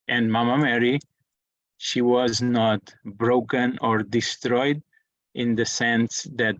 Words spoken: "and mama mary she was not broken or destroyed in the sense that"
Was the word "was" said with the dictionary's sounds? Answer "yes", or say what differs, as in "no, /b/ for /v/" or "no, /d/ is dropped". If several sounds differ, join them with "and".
yes